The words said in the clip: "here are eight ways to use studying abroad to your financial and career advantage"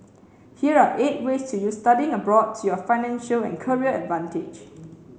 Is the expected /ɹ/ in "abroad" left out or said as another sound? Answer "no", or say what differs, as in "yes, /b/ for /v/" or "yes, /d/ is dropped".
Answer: no